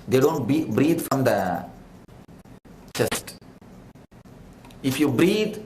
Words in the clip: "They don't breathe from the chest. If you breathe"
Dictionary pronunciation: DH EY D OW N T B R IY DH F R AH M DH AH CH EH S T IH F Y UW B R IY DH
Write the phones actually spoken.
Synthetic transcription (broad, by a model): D EY D OW N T B R IY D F R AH M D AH CH EH S T IH F Y UW B R IY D